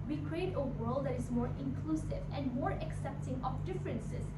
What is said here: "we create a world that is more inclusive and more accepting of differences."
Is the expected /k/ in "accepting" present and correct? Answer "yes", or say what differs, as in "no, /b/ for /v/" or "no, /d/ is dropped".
yes